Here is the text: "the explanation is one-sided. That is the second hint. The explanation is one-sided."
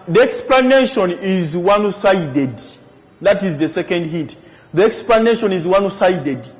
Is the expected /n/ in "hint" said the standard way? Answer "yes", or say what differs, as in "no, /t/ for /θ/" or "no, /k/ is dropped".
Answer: no, /n/ is dropped